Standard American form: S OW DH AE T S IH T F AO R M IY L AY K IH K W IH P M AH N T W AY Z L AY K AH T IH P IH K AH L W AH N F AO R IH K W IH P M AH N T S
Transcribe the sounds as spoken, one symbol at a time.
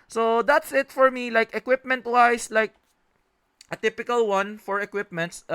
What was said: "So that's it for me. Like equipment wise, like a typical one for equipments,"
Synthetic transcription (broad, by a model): S OW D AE T S IH T F AO R M IY L AY K IH K W IH P M AH N T W AY S L AY K AH T IH P IH K AH L W AH N F AO R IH K W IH P M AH N T S